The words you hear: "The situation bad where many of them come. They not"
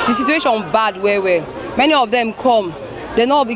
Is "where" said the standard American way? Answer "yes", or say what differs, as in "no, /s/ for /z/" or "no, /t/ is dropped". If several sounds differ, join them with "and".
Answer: no, /w/ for /ɹ/